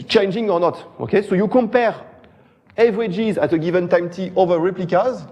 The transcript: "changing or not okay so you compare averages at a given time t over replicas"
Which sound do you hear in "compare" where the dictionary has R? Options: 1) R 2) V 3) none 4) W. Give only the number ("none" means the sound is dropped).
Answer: 1